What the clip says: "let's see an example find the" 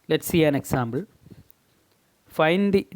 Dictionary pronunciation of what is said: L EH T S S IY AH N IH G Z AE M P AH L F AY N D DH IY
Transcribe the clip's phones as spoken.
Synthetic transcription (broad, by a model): L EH T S S IY AH N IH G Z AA M B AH L F AY N D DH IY